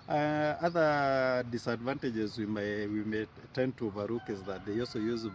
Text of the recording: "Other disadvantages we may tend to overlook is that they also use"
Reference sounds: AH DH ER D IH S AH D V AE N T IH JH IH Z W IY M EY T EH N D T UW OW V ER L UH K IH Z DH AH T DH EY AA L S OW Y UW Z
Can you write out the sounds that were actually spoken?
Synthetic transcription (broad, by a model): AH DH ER D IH S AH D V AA N T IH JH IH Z W IY M EY T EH N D T UW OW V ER UW K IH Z DH AH T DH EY AA L S OW Y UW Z